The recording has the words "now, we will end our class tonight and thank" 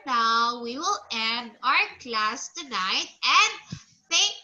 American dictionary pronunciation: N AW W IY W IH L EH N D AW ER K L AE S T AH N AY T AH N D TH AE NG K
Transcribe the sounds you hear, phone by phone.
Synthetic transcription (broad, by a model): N AW W IY W IH L EH N D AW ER K L AE S T AH N AY T AH N D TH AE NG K